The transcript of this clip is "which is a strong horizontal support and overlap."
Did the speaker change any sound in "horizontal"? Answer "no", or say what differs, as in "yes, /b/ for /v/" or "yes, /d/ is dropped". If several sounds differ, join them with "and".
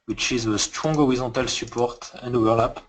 yes, /n/ is dropped